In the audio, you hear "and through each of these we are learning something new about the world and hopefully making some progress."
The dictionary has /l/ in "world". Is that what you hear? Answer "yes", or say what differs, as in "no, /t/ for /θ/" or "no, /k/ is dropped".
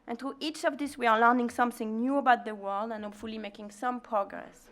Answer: yes